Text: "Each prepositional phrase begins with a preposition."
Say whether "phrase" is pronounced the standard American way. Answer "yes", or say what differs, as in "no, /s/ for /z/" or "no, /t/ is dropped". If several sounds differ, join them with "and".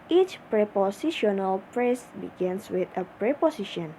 no, /p/ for /f/ and /s/ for /z/